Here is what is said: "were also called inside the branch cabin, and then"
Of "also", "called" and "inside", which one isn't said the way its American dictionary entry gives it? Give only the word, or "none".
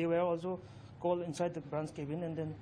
called